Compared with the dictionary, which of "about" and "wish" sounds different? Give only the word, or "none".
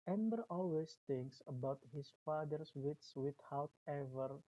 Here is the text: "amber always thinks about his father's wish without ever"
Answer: wish